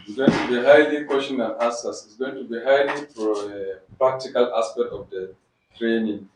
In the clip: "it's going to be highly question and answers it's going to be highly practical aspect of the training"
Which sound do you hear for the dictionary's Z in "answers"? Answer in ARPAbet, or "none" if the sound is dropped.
S